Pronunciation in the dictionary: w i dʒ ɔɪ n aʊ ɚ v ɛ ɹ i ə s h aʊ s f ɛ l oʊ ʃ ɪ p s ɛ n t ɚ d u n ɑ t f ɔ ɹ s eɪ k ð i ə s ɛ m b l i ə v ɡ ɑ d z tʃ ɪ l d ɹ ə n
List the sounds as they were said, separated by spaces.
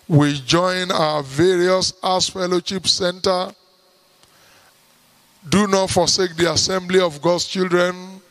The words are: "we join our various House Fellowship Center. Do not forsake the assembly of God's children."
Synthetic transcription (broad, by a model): w i dʒ ɔɪ n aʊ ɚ v ɛ ɹ i ə s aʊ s f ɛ l oʊ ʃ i p s ɛ n t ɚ d u n ɑ t f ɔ s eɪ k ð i ə s ɛ m b l i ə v ɡ ɑ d s tʃ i l d ɹ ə n